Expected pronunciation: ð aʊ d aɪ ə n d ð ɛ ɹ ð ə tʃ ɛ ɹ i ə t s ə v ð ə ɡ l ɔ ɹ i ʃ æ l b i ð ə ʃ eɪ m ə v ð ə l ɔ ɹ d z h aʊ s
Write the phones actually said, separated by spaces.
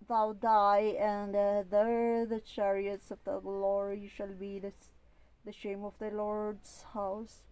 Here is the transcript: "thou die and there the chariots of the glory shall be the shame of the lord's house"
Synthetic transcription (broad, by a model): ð aʊ d aɪ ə n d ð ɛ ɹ ð ə tʃ ɛ ɹ i ə t s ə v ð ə ɡ l ɔ ɹ i ʃ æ l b i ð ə ʃ eɪ m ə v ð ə l ɔ ɹ d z h aʊ s